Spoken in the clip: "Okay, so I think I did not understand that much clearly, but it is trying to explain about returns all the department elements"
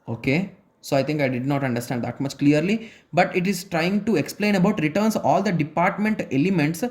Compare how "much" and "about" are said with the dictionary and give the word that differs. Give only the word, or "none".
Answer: none